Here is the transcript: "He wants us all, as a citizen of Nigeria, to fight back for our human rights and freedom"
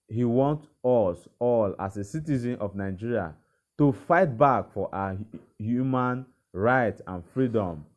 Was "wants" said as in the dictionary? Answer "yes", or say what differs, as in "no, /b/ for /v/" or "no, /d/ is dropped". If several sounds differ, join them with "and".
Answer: no, /s/ is dropped